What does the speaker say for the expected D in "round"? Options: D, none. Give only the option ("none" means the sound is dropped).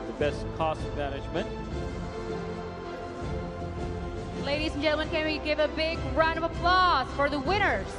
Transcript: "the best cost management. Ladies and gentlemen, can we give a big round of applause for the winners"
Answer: none